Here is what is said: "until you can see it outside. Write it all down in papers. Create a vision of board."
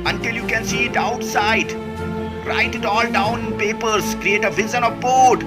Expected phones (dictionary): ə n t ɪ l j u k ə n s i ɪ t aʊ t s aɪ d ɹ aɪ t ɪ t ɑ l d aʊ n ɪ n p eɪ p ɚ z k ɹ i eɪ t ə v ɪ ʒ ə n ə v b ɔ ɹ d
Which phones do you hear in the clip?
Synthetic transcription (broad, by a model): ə n t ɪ l j u k ə n s i ɪ t aʊ t s aɪ d ɹ aɪ t ɪ t ɑ l d aʊ n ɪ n p eɪ p ɚ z k ɹ i eɪ t ə v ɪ z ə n ə v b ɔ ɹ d